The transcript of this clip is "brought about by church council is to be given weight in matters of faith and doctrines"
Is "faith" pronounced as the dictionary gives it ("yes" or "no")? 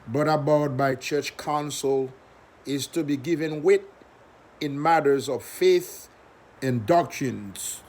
yes